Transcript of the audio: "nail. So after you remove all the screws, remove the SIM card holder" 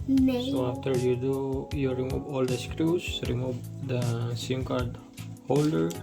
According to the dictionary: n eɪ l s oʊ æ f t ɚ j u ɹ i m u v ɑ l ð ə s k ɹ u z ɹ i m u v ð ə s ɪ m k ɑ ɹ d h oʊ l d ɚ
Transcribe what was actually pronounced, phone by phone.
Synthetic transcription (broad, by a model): s oʊ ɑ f t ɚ j u ɹ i m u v ɑ l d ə s k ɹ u s ɹ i m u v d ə s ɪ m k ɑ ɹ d h oʊ l d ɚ